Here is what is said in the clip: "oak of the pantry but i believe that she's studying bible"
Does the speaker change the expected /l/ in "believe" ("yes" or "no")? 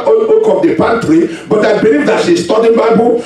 no